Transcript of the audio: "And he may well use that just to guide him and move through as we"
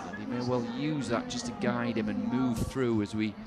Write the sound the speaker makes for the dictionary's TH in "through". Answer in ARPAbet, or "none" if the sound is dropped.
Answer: TH